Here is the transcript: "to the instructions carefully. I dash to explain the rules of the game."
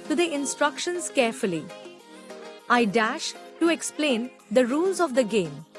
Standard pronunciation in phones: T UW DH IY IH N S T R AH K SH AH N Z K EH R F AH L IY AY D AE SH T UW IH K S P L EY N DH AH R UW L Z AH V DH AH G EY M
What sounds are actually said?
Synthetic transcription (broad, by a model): T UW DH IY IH N S T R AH K SH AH N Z K EH R F AH L IY AY D AE SH T UW IH K S P L EY N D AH R UW L Z AH V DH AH G EY M